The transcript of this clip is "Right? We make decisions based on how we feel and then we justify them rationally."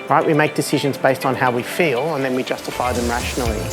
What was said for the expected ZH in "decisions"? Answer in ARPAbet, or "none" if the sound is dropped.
ZH